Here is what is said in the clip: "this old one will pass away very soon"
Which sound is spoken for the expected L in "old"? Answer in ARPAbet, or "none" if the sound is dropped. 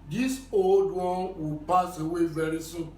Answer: L